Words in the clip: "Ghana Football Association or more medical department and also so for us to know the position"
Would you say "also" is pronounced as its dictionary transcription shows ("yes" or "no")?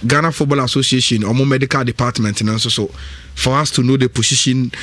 no